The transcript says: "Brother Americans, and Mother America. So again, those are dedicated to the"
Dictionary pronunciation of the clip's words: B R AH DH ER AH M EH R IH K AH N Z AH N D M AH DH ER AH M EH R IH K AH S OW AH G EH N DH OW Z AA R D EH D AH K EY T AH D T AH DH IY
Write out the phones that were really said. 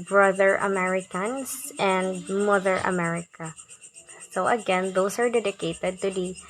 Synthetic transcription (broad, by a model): B R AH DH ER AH M EH R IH K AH N S AH N D M AH DH ER AH M EH R IH K AH S OW AH G EH N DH OW S AA R D EH D AH K EY T AH D T AH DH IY